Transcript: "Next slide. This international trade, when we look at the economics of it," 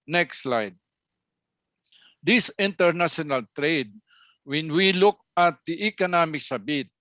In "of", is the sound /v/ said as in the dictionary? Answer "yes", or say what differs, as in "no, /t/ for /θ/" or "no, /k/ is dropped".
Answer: no, /b/ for /v/